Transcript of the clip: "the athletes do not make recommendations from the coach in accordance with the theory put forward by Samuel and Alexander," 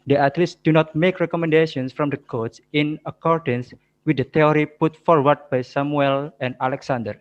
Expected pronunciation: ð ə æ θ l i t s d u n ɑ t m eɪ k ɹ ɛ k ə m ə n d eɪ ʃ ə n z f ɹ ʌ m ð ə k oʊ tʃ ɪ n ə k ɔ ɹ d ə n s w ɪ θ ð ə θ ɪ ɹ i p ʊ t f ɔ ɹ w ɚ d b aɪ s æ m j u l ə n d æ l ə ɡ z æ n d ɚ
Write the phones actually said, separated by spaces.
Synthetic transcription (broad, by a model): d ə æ t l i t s d u n ɑ t m eɪ k ɹ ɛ k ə m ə n d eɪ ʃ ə n s f ɹ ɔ m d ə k oʊ s ɪ n ə k ɔ ɹ d ə n s w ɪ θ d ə t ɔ ɹ i p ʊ t f ɔ ɹ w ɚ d b aɪ s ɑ m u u l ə n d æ l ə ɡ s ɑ n d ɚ